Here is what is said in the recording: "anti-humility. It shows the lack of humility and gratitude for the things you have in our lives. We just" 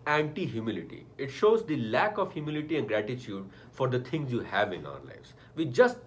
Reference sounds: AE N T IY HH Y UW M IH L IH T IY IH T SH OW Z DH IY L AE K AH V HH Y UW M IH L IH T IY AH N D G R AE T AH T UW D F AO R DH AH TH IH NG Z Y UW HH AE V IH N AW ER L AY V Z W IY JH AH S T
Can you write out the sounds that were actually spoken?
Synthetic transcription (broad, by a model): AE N T IY HH Y UW M IH L IH T IY IH T SH OW Z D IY L AE K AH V HH Y UW M IH L IH T IY AH N D G R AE T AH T UW D F AO R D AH T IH NG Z Y UW HH AE V IH N AW ER L AY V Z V IY JH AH S T